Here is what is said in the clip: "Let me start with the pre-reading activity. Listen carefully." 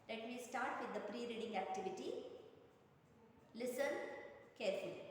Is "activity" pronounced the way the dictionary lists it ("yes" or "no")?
yes